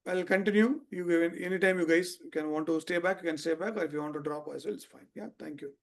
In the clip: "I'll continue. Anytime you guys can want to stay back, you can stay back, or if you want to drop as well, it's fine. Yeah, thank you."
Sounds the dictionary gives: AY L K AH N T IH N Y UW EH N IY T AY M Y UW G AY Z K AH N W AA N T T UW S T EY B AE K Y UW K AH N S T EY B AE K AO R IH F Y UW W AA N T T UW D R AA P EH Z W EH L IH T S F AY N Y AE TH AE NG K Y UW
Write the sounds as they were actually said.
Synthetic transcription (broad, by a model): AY L K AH N T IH N Y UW EH N IY T AY M Y UW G AY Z K AH N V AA N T T UW S T EY B AE K Y UW K AH N S T EY B AE K AO R IH F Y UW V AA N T T UW D R AA P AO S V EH L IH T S F AY N Y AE T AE NG K Y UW